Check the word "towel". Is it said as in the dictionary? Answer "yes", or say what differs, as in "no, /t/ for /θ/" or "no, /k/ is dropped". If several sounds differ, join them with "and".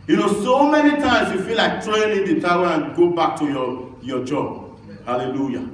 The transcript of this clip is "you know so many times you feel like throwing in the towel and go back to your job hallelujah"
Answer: no, /n/ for /l/